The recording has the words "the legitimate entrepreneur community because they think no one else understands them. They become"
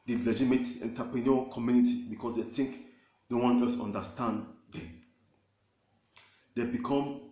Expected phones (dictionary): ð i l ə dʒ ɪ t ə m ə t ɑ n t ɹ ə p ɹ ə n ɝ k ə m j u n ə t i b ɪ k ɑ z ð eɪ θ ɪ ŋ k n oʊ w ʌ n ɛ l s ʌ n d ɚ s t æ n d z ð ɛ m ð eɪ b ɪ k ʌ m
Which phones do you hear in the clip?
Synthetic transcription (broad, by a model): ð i l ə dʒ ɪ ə m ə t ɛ n t ə p ɹ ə n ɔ k ə m j u n ə t i b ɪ k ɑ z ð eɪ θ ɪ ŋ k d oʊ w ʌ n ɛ s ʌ n d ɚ s t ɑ n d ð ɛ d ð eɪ b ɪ k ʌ m